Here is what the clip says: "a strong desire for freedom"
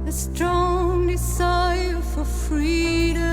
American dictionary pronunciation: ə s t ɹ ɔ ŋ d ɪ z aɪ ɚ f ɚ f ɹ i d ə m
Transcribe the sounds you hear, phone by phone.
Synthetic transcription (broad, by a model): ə s t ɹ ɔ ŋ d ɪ s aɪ f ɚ f ɹ i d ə